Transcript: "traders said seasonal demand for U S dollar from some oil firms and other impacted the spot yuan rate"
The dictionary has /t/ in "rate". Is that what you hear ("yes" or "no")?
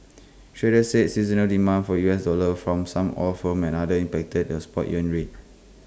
no